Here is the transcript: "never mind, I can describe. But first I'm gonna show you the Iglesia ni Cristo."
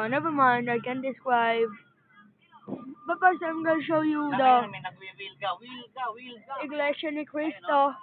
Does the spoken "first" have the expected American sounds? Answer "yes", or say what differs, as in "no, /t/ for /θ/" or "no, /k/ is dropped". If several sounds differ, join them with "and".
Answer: no, /p/ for /f/ and /t/ is dropped